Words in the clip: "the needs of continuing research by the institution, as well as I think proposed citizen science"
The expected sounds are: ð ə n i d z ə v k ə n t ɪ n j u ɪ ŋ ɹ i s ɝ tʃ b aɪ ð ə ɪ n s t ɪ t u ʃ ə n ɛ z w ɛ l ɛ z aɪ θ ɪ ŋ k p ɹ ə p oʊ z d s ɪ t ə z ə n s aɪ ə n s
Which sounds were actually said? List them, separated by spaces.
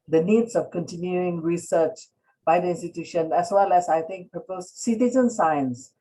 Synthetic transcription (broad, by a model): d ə n i d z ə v k ə n t ɪ n j u ɪ ŋ ɹ i s ɝ tʃ b aɪ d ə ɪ n s t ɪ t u ʃ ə n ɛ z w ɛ l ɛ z aɪ t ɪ ŋ k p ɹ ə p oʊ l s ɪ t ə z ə n s aɪ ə n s